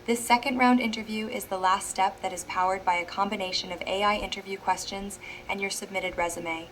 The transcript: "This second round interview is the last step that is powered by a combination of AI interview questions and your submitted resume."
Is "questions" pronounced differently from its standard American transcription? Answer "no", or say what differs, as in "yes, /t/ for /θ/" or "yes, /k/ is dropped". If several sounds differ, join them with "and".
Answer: no